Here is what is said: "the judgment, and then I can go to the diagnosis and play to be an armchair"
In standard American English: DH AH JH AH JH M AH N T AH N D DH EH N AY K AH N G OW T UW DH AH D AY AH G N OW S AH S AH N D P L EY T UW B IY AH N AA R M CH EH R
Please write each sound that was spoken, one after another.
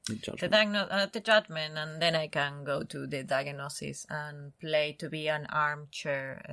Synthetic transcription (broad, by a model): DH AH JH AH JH M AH N AH N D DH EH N AY K AH N G OW T UW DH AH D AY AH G N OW S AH S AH N P L EY T UW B IY AH N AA R M CH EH R